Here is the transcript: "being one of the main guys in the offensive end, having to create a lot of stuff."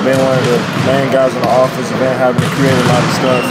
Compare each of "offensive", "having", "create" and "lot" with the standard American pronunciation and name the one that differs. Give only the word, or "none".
offensive